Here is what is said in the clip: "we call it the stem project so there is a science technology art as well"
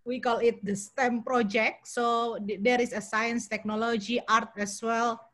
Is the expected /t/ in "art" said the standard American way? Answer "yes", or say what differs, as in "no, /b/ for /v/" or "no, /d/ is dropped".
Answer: yes